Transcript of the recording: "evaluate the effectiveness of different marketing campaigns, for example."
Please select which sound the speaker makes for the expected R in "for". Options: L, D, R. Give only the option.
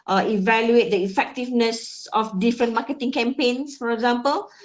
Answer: R